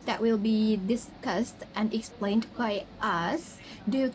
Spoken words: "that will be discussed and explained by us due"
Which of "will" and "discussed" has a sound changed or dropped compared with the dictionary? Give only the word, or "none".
none